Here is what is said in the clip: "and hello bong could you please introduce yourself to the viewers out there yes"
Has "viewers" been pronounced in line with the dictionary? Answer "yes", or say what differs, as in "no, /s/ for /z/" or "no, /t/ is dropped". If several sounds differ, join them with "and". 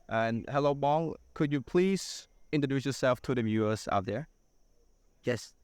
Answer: no, /s/ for /z/